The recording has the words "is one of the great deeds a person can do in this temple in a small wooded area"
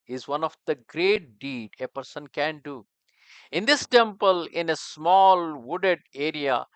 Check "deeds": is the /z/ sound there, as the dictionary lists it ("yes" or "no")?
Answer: no